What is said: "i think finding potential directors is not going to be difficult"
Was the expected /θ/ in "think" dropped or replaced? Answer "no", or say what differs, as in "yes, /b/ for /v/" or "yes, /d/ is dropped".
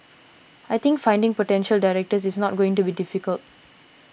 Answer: yes, /t/ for /θ/